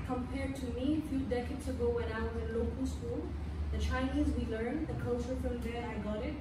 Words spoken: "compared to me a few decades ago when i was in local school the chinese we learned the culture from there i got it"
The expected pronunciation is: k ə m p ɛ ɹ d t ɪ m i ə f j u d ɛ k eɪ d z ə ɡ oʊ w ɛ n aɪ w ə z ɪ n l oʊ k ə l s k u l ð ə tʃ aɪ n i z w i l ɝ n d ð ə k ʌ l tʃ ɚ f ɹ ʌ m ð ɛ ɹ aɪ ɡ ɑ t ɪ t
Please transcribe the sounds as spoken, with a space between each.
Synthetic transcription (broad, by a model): k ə m p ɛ ɹ d t ɪ m i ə f j u d ɛ k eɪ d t ə ɡ oʊ w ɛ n aɪ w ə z ɪ n l oʊ k ə l s k u l ð ə tʃ aɪ n i z w i l ɝ n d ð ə k ʌ l tʃ ɚ f ɹ ʌ m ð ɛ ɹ aɪ ɡ ɑ t ɪ t